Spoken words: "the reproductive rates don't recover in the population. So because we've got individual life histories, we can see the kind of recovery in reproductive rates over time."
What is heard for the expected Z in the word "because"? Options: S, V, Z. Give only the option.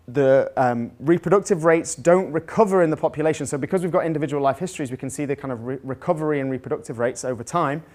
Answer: Z